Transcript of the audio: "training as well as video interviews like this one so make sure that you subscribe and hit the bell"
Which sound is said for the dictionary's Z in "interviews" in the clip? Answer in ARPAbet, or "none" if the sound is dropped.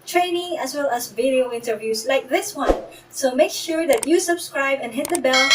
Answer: S